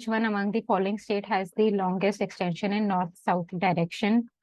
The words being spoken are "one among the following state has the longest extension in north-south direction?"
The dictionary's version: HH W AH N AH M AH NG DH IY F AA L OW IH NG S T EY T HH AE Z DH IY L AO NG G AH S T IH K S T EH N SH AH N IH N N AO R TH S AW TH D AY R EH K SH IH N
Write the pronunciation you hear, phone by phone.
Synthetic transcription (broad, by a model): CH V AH N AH M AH NG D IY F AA L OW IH NG S T EY T HH AE Z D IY L AO NG G AH S T IH K S T EH N SH AH N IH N N AO R T S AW T D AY R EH K SH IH N